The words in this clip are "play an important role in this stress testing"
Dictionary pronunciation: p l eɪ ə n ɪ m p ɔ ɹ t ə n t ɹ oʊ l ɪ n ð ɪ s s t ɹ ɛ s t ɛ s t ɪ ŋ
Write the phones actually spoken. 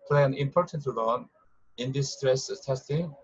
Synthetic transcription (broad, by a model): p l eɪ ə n ɪ m p ɔ ɹ t ə n t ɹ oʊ n ɪ n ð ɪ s s t ɹ ɛ s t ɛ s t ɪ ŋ